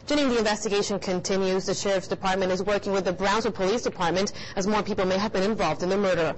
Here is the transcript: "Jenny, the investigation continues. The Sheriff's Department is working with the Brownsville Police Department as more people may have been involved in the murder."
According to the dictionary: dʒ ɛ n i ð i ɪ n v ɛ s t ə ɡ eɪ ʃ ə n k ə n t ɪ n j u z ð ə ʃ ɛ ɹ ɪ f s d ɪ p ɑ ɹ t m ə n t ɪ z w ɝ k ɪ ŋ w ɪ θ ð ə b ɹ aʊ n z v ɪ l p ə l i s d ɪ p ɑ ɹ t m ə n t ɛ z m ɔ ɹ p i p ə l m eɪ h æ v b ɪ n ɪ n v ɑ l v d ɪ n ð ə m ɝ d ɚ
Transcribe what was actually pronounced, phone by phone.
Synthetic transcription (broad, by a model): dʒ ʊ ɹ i ð i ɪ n v ɛ s t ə ɡ eɪ ʃ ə n k ə n t ɪ n j u z ð ə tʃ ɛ ɹ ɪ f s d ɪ p ɑ ɹ t m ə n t ɪ z w ɝ k ɪ ŋ w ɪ ð ə b ɹ aʊ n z ɪ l p ə l i s d ɪ p ɑ ɹ t m ə n t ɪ z m ɔ ɹ p i p l m eɪ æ v b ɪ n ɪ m v ɑ l v d ɪ n ð ə m ɝ d ɚ